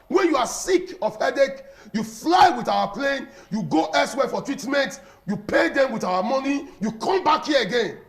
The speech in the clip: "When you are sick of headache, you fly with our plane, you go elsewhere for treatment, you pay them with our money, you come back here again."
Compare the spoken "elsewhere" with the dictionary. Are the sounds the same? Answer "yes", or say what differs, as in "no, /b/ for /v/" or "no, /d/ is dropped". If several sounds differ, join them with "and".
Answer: no, /l/ is dropped